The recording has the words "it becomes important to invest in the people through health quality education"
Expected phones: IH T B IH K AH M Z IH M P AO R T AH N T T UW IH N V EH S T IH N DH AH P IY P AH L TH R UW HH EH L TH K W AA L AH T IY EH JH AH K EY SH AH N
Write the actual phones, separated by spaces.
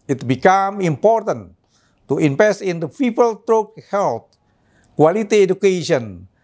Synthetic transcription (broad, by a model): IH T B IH K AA M IH M P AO R T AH N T T UW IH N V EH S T IH N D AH P IY P AH L T R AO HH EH L T K W AA L AH T IY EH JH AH K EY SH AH N